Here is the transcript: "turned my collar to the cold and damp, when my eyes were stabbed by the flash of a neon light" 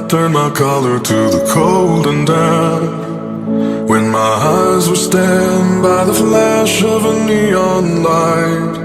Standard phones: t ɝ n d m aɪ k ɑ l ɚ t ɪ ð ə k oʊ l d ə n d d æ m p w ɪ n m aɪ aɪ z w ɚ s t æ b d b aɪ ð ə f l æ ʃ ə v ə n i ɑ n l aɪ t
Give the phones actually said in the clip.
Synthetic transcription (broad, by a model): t ɝ n m aɪ k ɑ l ɚ t ɪ ð ə k oʊ l d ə n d d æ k w ɪ n m aɪ aɪ z w ɚ s t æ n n b aɪ ð ə f l æ ʃ ə v ə n i ɑ n l aɪ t